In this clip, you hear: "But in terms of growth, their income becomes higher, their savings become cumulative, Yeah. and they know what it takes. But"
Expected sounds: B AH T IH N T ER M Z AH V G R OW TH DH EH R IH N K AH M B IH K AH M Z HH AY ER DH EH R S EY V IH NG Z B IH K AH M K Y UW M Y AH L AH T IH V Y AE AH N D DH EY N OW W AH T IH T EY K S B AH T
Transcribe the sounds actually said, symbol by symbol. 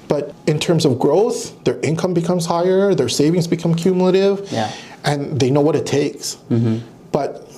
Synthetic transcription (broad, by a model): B AH T IH N T ER M Z AH V G R OW TH DH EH R IH N K AH M B IH K AH M Z HH AY ER DH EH R S EY V IH NG Z B IH K AH M K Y UW M Y L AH T IH V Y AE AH N DH EY N OW W AH T IH T EY K S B AH T